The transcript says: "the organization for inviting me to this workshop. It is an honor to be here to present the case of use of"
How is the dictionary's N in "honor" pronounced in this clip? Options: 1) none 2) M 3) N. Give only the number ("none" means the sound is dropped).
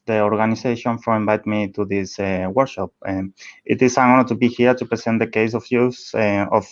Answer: 1